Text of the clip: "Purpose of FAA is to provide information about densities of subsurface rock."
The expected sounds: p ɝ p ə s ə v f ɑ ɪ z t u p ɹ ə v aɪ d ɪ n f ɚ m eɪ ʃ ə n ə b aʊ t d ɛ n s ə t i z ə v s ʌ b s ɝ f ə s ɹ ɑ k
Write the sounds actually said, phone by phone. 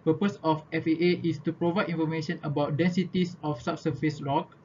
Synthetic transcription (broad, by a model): p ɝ p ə s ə f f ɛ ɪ s t u p ɹ ə v aɪ d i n f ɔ m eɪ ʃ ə n ə b aʊ t d ɛ n s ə t i s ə f s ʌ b s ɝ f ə s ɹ ɑ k